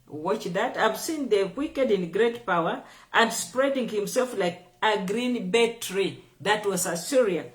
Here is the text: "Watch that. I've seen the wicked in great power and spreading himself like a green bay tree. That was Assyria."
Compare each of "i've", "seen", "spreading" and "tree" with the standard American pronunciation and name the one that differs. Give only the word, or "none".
none